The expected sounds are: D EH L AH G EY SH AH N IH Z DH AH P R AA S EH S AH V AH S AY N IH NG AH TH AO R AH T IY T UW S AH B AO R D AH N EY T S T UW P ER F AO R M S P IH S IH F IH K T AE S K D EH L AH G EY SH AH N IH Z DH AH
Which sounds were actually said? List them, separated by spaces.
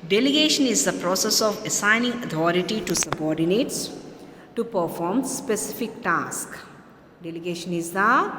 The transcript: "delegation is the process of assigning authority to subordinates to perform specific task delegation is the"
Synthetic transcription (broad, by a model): D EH L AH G EY SH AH N IH Z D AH P R AA S EH S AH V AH S AY N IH NG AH T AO R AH T IY T UW S AH B AO R D AH N EY T S T UW P ER F AO R M S P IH S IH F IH K T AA S K D EH L AH G EY SH AH N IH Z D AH